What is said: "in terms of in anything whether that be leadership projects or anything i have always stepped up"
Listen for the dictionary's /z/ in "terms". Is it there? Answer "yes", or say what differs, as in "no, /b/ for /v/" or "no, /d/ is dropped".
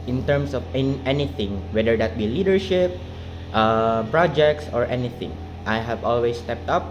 no, /s/ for /z/